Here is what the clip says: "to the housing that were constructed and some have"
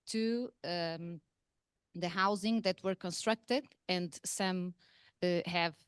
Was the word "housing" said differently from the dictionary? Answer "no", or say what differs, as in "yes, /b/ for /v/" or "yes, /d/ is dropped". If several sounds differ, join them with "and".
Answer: no